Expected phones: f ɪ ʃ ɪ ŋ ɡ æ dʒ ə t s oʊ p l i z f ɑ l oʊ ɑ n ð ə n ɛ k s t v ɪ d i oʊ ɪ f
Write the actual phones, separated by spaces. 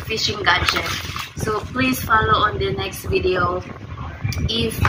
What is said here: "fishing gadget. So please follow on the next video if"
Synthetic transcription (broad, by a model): f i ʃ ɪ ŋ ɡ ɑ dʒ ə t s oʊ p l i s f ɑ l oʊ ɑ n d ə n ɛ k s t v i d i oʊ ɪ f